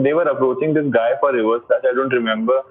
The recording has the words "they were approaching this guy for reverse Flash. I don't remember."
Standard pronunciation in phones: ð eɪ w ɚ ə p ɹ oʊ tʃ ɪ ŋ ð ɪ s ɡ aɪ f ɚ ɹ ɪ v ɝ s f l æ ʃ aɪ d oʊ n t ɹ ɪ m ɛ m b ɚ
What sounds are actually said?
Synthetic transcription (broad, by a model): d eɪ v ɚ ə p ɹ oʊ tʃ ɪ ŋ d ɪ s ɡ aɪ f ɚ ɹ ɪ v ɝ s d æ s aɪ d oʊ n t ɹ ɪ m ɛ m b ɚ